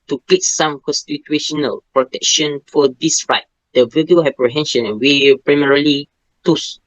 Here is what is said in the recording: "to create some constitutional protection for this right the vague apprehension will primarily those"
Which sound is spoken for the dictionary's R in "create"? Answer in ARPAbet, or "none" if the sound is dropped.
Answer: L